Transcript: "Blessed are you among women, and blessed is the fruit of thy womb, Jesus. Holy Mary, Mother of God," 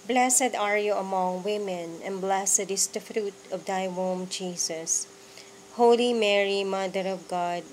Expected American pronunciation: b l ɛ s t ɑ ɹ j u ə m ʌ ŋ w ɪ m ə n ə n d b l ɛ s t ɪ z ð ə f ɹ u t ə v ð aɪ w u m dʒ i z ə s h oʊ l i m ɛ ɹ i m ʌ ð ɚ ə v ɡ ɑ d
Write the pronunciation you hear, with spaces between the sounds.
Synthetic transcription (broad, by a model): b l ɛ s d ɑ ɹ j u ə m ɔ ŋ w ɪ m ə n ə n b l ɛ s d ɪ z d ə f ɹ u t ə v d aɪ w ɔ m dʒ i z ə s h oʊ l i m ɛ ɹ i m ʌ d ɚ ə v ɡ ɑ d